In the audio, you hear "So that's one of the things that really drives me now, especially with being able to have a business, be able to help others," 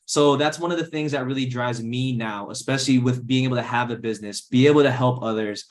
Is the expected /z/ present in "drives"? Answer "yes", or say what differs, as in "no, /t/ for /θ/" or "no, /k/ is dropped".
yes